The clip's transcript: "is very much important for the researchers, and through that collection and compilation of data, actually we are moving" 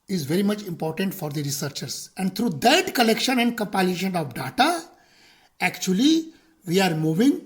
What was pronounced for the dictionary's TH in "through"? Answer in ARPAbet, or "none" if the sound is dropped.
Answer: T